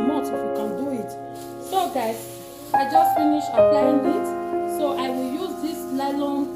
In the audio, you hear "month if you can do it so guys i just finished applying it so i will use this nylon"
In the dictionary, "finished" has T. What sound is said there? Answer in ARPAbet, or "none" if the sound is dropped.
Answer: none